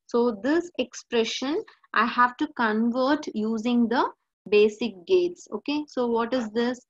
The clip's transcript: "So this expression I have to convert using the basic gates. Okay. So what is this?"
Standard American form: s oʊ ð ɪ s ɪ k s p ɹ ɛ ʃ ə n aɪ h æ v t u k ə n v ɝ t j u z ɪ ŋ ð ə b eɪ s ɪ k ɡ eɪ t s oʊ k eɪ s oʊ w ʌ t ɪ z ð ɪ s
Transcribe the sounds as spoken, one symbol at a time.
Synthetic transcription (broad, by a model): s oʊ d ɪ s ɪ k s p ɹ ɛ ʃ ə n aɪ h æ v t u k ə n v ɝ t j u z ɪ ŋ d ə b eɪ s ɪ k ɡ eɪ t s oʊ k eɪ s oʊ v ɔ t ɪ z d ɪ s